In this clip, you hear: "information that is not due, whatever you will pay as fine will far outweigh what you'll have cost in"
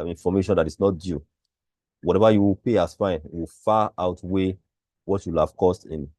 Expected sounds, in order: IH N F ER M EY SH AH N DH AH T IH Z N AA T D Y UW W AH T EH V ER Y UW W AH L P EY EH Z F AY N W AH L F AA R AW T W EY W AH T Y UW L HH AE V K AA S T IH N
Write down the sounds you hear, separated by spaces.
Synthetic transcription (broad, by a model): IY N F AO M EY SH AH N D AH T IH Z N AA T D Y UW W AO T EH V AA Y UW W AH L P EY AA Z F AY N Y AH W F AA AW T W EY W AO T Y UW L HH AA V K AA S T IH N